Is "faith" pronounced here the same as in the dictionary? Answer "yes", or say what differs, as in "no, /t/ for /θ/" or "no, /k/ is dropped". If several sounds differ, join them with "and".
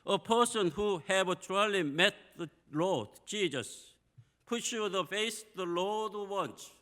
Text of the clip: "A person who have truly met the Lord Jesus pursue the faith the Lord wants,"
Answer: no, /s/ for /θ/